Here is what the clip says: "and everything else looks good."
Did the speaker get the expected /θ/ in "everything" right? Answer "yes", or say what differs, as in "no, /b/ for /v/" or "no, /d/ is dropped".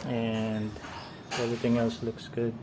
no, /t/ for /θ/